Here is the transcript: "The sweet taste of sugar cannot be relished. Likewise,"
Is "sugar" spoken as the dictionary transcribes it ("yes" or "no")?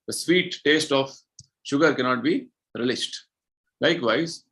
yes